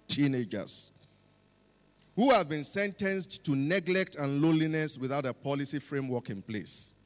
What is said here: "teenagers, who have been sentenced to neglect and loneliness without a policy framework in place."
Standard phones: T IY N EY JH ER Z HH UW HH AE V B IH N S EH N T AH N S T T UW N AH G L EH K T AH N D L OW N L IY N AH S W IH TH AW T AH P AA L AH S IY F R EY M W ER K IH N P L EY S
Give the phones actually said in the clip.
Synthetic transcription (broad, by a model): T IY N EY JH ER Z HH UW HH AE V B IH N S EH N T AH N S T T UW N AH G L EH K T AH N L OW L IY N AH S W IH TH AW T AH P AA L AH S IY F R EY M W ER K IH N P L EY S